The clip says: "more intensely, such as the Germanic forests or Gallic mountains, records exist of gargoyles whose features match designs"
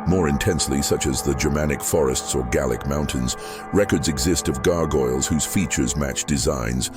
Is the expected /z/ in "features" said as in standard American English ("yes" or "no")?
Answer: yes